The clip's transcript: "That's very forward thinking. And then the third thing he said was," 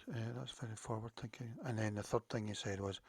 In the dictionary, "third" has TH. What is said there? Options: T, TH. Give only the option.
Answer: TH